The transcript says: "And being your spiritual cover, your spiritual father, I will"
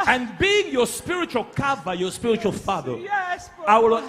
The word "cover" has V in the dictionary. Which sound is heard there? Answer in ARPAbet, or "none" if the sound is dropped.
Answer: B